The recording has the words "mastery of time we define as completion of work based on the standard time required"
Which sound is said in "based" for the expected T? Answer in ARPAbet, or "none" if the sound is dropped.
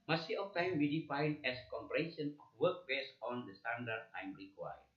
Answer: none